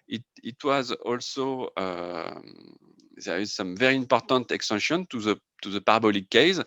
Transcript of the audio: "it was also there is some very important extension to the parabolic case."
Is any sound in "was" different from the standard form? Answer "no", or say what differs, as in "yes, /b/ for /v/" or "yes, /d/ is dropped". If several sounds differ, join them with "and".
no